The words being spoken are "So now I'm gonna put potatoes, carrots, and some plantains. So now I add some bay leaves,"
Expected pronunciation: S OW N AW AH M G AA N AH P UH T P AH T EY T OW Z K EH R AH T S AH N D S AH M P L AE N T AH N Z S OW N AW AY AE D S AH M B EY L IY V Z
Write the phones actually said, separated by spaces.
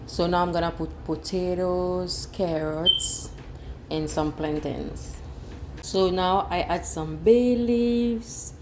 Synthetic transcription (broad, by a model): S OW N AW AH M G AA N AH P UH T P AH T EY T OW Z K EH R AH T S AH N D S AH M P L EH N T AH N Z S OW N AW AY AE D S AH M B EY L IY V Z